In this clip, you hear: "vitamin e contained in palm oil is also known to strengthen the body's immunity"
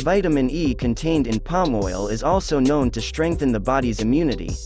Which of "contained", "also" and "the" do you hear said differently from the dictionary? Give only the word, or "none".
none